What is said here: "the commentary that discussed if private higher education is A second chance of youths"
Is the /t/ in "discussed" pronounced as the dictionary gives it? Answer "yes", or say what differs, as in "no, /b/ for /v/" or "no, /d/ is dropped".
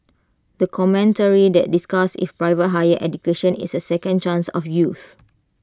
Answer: no, /t/ is dropped